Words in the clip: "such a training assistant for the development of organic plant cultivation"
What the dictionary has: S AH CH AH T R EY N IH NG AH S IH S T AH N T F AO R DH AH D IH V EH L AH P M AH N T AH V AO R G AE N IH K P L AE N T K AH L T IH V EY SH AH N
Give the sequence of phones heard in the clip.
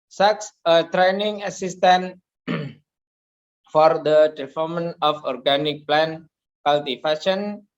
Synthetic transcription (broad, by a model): S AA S AH T R EY N IH NG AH S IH S T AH N F AO R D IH P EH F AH M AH N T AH F AO R G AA N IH K P L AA N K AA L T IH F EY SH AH N